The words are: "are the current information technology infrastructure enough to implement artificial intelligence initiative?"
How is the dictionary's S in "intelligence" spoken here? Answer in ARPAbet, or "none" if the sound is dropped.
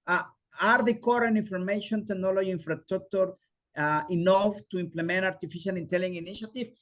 none